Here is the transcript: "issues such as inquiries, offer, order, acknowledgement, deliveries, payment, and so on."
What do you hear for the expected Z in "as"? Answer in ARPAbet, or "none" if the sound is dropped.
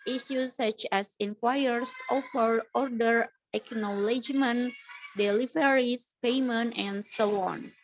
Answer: S